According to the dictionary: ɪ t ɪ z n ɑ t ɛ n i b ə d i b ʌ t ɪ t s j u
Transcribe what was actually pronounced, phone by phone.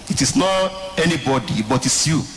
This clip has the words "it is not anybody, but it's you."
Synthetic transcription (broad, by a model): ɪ t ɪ s n ɑ t ɛ n i b ə d i b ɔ t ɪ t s j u